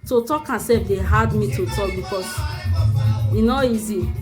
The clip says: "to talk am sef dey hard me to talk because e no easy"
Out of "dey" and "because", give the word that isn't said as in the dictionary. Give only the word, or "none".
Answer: because